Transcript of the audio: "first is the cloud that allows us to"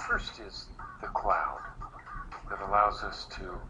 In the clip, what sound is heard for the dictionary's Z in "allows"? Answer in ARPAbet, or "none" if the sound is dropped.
Z